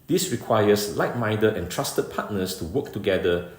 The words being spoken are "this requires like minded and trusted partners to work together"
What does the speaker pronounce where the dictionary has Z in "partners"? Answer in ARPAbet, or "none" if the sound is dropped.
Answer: S